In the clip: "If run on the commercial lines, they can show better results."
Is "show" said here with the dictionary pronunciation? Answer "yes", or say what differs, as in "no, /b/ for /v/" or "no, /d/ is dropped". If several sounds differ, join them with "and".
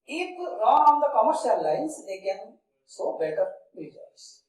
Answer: no, /s/ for /ʃ/